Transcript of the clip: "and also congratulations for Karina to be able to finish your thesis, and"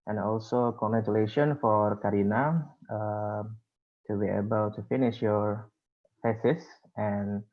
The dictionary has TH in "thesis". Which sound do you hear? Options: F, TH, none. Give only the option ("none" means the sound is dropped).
F